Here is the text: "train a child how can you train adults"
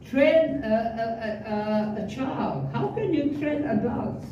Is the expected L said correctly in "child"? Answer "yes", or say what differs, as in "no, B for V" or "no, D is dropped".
yes